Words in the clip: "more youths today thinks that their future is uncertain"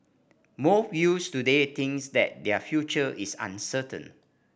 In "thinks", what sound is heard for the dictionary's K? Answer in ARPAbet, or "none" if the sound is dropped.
none